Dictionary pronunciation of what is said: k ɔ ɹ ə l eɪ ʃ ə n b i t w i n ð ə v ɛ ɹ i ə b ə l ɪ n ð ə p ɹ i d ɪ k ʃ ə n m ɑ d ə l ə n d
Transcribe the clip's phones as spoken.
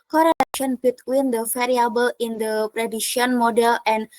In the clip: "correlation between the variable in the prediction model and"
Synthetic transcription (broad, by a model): k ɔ ɹ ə l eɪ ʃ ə n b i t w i n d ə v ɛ ɹ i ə b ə l ɪ n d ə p ɹ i d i ʃ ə n m ɑ d ə l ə n